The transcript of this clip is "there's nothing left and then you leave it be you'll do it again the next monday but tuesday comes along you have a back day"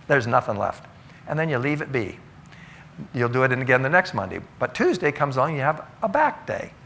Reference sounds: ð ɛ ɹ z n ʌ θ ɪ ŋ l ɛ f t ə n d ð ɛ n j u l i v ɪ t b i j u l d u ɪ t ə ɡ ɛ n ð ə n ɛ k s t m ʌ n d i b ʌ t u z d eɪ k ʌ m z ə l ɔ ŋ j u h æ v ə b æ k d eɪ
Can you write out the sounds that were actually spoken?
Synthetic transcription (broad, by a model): ð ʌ ɹ z n ʌ θ ɪ ŋ l ɛ f t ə n ð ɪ n j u l i v ɪ t b i j u l d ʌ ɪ t ə ɡ ɛ n ð ə n ɛ k s t m ʌ n d i b ʌ t u z d eɪ k ʌ m z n j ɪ v ə b æ k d eɪ